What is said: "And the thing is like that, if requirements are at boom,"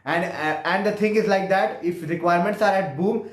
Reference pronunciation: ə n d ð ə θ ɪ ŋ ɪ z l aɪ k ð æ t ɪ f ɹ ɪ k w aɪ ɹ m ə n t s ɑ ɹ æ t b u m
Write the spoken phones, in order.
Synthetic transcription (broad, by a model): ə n d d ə t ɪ ŋ ɪ z l aɪ k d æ t ɪ f ɹ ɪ k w aɪ ɹ m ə n t s ɑ ɹ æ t b u m